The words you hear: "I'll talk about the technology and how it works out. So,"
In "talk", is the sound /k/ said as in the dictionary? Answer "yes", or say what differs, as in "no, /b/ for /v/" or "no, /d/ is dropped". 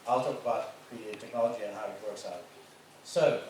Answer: yes